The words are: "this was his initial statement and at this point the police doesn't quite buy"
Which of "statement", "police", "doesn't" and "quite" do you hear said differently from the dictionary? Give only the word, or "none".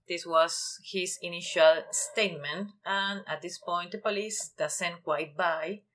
doesn't